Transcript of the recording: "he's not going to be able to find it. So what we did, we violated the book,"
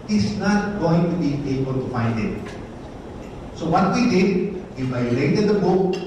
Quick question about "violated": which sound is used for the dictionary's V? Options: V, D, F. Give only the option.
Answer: F